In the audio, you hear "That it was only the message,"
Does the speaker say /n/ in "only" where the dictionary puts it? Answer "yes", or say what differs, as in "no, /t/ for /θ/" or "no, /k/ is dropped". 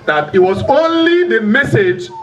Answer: yes